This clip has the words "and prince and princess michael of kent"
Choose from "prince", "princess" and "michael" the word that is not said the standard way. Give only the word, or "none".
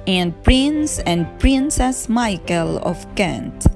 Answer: none